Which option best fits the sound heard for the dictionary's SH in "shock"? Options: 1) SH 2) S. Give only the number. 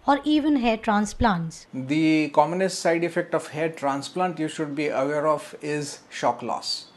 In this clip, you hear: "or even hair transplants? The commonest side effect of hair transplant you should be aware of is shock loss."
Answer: 1